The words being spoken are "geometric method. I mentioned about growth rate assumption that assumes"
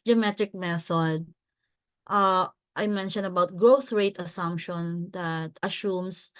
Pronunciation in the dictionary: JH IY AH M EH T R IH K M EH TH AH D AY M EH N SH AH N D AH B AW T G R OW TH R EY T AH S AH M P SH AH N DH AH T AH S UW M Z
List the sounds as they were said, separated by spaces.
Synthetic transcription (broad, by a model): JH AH M EH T R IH K M EH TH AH D AY M EH N SH AH N D AH B AW T G R OW TH R EY T AH S AH M P SH AH N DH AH T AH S UW M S